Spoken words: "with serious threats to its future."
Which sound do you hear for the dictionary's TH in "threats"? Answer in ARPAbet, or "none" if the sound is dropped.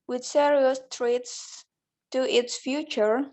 T